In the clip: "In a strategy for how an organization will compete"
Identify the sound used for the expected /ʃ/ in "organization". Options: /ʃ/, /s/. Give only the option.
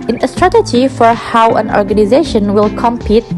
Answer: /ʃ/